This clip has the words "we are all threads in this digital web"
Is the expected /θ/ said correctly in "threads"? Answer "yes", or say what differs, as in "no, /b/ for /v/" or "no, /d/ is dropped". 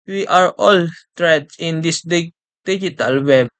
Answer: no, /t/ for /θ/